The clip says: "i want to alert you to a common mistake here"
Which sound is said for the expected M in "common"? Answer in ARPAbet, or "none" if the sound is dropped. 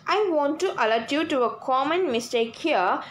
M